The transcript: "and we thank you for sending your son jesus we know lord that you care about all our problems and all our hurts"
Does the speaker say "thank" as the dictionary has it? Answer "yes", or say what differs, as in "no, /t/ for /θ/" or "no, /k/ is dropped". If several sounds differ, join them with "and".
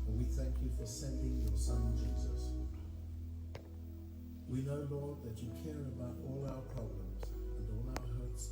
yes